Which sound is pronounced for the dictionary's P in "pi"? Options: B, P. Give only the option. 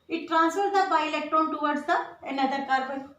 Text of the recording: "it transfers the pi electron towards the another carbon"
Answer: B